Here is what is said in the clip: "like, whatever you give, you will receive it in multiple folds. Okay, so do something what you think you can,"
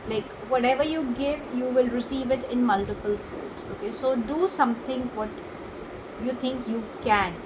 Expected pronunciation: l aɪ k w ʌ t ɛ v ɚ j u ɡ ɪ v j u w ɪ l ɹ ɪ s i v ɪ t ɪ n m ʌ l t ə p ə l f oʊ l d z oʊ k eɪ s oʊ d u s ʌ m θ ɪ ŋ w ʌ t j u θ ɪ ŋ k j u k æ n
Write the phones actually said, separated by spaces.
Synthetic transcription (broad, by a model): l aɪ k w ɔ t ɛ v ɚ j u ɡ ɪ v j u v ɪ l ɹ ɪ s i v ɪ t ɪ n m ʌ l t ə p ə l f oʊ d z oʊ k eɪ s oʊ d u s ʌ m t ɪ ŋ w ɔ t j u t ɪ ŋ k j u k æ n